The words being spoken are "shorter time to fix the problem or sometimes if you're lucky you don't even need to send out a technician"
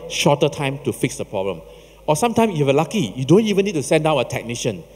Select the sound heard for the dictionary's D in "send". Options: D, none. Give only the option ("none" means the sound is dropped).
D